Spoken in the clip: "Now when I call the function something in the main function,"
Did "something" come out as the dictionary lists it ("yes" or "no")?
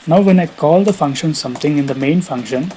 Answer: no